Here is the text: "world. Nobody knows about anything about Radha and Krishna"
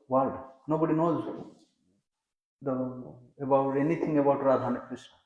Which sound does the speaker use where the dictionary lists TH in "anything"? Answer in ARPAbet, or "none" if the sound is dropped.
T